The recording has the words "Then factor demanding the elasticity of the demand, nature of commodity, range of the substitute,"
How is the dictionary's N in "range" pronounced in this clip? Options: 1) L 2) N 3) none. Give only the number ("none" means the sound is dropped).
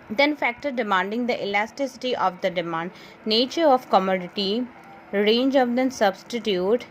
2